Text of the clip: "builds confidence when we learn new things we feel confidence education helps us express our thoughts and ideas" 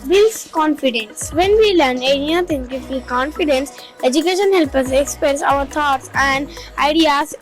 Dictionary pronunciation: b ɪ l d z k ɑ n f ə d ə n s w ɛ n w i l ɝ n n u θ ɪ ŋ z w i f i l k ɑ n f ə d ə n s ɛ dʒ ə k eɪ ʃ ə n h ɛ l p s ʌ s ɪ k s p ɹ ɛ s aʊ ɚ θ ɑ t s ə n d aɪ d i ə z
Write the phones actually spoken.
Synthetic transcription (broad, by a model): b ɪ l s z k ɑ n f ə d ə n s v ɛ n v i l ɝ n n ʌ t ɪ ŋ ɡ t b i k ɑ n f ə d ə n s ɛ dʒ ə k eɪ ʃ ə n h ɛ l p ʌ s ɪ k s p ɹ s aʊ ɚ t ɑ t s ə n d aɪ d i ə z